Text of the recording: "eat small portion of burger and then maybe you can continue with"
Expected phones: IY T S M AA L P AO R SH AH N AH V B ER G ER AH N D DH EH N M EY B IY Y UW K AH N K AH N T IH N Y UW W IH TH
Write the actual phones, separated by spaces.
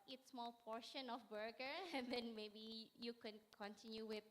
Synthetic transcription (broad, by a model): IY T S M AA L P AO R SH AH N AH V B ER G ER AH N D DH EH N M EY B IY Y UW K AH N K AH N T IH N Y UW W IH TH